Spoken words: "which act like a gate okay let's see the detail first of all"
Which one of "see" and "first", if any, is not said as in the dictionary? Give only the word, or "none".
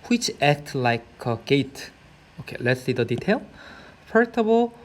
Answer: first